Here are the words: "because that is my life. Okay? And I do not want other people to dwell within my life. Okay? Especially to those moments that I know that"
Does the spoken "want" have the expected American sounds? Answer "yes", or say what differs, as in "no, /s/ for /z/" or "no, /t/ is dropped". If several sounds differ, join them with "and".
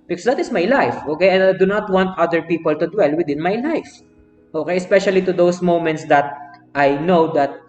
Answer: yes